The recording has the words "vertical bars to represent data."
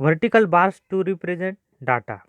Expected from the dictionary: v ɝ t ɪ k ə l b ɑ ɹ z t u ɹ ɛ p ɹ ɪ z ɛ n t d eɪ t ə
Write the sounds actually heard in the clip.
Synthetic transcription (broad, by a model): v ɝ t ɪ k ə l b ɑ ɹ s t u ɹ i p ɹ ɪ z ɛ n t d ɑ t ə